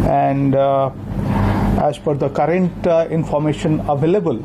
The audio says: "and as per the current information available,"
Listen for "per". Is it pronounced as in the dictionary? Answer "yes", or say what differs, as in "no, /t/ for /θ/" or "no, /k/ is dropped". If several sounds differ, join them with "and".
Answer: no, /f/ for /p/